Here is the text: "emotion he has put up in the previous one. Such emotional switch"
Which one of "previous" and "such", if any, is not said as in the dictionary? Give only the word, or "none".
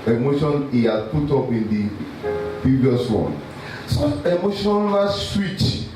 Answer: such